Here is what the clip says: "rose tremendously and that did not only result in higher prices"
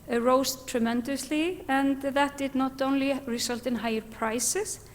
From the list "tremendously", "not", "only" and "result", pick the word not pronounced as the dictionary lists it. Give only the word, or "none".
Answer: result